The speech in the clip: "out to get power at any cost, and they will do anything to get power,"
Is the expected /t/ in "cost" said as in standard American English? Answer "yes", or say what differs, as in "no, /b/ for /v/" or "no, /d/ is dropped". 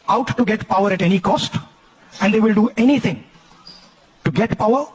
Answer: yes